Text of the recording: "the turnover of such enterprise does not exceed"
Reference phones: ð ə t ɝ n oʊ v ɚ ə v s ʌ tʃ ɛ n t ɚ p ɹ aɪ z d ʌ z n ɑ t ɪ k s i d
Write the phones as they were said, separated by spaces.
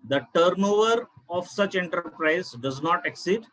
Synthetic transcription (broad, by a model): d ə t ɝ n oʊ v ɚ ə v s ʌ tʃ ɛ n t ɚ p ɹ aɪ z d ʌ z n ɑ t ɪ k s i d